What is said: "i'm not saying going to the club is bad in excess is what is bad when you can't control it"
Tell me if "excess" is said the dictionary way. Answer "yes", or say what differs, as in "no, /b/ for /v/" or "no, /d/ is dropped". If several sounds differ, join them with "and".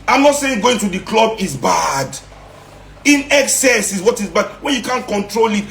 yes